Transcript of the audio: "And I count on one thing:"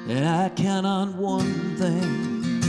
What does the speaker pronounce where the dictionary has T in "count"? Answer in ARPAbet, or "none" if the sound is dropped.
none